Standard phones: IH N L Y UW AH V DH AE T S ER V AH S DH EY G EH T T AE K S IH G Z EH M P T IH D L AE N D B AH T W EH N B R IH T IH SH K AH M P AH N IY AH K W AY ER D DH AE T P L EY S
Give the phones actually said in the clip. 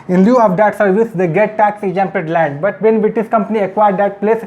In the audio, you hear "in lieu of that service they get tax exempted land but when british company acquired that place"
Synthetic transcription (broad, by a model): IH N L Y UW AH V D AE T S ER V AH S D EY G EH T T AE K S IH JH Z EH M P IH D L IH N B AH T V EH N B IH T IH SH K AH M P AH N IY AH K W AY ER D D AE T P L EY S